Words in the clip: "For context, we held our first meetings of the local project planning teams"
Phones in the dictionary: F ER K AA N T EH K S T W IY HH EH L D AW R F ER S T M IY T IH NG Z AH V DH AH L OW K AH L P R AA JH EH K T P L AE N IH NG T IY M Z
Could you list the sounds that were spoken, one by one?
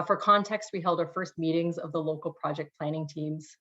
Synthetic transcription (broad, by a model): F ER K AA N T EH K S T W IY HH EH L D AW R F ER S T M IY T IH NG Z AH V DH AH L OW K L P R AA JH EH K P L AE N IH NG T IY M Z